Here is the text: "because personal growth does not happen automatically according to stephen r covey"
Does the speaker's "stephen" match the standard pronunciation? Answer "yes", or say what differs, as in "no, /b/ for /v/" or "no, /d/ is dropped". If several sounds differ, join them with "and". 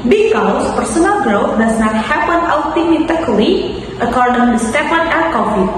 no, /p/ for /v/